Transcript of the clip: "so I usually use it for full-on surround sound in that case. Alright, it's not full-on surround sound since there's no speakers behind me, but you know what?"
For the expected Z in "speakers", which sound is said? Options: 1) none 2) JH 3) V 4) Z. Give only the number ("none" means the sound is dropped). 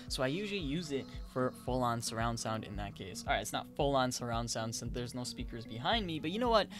4